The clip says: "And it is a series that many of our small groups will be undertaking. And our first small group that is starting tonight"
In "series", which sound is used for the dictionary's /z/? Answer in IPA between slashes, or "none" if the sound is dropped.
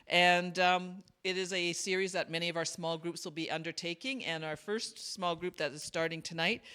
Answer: /z/